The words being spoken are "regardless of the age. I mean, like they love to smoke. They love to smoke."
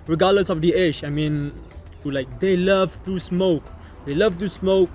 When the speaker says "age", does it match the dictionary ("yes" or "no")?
no